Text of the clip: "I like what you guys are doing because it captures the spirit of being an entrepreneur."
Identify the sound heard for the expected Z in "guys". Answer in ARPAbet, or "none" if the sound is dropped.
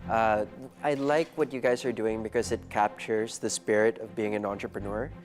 Z